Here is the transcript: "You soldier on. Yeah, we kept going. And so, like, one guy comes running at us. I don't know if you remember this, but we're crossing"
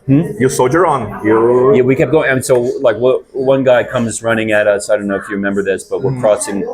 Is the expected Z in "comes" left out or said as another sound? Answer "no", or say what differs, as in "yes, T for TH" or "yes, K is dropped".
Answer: no